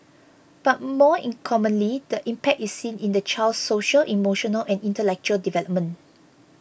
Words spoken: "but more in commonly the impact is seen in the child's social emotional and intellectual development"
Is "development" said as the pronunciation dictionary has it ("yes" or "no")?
no